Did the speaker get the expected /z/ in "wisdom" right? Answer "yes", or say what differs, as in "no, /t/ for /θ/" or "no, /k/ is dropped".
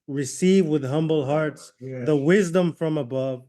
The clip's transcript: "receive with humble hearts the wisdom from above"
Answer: yes